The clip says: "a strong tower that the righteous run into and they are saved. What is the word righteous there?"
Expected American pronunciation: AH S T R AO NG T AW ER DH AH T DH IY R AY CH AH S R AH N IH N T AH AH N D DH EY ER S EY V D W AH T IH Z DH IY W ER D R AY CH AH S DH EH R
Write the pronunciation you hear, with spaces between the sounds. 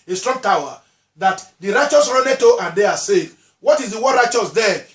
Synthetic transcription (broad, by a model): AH S T R AO NG T AW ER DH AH T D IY R AY CH AH S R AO N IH T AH AH N D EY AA S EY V W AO T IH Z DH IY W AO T R AY CH AH S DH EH